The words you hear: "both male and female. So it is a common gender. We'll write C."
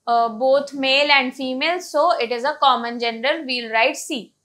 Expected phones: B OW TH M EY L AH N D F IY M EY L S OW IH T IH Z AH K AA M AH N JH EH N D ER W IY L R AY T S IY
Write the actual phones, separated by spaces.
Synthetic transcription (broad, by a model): B OW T M EY L AH N D F IY M EY L S OW IH T IH Z AH K AA M AH N JH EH N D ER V IY L R AY T S IY